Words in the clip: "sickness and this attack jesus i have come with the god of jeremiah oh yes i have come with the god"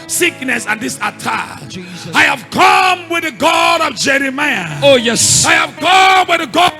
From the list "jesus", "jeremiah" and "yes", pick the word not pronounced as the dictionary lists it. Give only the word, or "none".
jesus